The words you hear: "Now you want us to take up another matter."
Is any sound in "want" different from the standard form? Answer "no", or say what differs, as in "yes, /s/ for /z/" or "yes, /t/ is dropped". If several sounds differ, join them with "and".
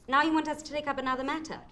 no